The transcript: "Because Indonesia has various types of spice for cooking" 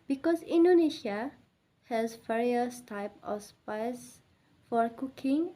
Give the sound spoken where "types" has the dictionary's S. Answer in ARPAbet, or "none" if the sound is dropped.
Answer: none